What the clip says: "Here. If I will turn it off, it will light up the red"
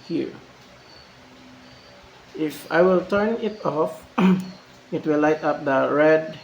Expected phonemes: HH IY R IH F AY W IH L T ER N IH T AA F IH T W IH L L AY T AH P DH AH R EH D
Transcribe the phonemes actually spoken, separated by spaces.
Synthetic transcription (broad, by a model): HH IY R IH F AY W IH L T ER N IH T AA F IH T W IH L L AY T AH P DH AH R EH D